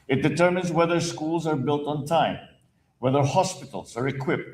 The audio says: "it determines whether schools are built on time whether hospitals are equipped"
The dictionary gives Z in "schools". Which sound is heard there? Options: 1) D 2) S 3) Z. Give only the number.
3